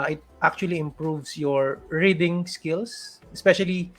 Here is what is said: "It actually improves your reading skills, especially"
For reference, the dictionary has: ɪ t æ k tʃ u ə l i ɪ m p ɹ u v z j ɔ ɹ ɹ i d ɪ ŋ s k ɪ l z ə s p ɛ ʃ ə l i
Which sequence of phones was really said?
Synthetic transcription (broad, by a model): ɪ t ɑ k tʃ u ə l i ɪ m p ɹ u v s j ɔ ɹ ɹ i d ɪ ŋ s k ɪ l s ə s p ɛ ʃ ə l i